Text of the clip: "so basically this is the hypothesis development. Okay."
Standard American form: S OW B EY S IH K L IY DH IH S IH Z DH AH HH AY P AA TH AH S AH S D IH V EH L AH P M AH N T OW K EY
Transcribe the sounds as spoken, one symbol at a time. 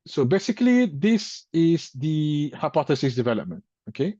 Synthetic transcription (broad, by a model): S OW B EY S IH K L IY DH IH S IH Z DH AH HH AY P AA TH AH S AH S D IH V EH L AH P M AH N T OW K EY